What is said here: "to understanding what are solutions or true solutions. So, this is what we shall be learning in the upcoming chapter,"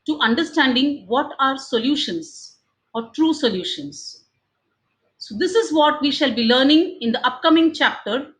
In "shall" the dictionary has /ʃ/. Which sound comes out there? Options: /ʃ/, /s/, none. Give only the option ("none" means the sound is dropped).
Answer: /ʃ/